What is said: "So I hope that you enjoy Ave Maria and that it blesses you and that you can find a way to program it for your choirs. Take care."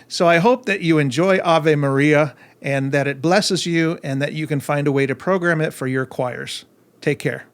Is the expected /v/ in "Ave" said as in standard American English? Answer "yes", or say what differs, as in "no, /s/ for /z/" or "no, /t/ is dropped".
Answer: yes